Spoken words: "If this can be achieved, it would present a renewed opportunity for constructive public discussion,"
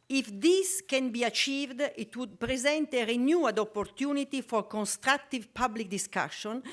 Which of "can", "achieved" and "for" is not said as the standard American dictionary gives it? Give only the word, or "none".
none